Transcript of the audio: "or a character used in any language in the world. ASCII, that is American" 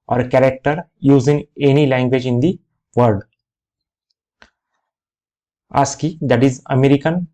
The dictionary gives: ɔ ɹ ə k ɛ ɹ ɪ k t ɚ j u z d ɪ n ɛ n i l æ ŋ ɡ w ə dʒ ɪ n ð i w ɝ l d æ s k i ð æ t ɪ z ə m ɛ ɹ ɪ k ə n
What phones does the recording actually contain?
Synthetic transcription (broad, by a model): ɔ ɹ k ɛ ɹ ɪ k t ɚ j u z ɪ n ɛ n i l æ ŋ ɡ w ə dʒ ɪ n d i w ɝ d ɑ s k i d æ t ɪ z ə m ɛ ɹ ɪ k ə n